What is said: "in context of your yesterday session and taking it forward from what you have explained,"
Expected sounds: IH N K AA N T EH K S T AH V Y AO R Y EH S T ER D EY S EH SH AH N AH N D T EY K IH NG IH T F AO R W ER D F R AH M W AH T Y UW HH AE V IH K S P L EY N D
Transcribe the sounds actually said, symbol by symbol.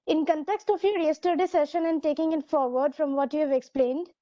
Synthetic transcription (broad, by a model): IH N K AA N T EH K S T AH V Y AO R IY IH S T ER D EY S EH SH AH N AH N D T EY K IH NG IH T F AO R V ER D F R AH M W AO T Y UW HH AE V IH K S P L EY N D